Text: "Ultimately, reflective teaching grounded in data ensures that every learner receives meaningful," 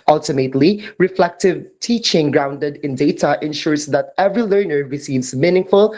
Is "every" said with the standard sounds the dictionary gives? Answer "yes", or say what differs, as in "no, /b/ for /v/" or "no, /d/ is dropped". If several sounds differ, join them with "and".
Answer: yes